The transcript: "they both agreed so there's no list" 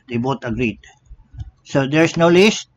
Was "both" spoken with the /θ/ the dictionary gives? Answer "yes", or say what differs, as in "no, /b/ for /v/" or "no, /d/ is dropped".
no, /t/ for /θ/